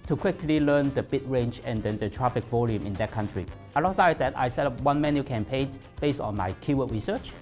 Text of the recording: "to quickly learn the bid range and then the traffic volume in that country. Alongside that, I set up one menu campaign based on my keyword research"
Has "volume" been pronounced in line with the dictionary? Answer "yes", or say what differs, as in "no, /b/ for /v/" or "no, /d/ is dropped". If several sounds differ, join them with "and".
yes